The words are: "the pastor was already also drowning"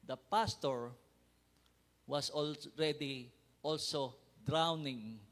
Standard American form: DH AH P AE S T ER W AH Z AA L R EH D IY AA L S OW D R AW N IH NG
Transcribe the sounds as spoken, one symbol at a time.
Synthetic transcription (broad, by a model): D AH P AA S T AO W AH S AA L R EH D IY AA L S OW D R AW N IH NG